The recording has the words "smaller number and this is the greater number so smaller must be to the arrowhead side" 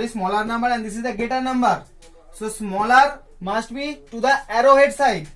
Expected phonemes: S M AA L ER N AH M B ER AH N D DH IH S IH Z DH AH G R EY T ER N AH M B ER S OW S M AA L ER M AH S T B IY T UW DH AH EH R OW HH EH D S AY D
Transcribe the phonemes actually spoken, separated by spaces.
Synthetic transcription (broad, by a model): S M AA L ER N AH M B ER AH N D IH S IH Z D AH G EY T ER N AH M B ER S OW S M AA L ER M AH S T B IY T UW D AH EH R OW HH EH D S AY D